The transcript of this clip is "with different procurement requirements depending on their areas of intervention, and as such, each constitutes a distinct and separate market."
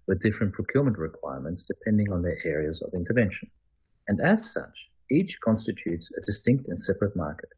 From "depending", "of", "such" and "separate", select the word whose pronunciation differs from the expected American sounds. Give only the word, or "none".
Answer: none